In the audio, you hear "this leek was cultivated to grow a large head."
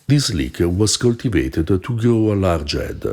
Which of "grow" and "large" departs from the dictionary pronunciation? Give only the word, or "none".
grow